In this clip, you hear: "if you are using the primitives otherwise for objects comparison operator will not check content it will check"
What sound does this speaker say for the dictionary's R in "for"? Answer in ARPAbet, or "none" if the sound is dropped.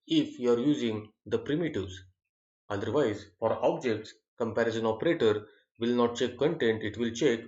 R